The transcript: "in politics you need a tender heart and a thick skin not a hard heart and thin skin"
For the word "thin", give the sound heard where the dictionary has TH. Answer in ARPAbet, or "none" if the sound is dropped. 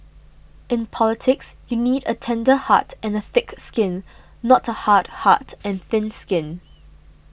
TH